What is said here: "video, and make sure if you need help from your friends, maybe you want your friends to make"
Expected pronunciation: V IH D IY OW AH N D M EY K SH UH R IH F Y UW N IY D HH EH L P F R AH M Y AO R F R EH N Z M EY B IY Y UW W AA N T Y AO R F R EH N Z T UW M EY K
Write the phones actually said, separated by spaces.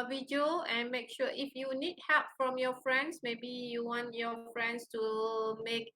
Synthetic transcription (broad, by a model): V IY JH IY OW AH N M EY K SH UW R IH F Y UW N IY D HH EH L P F R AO M Y AO F R EH N S M EY B IY Y UW W AA N T Y AO F R EH N S T UW M EY K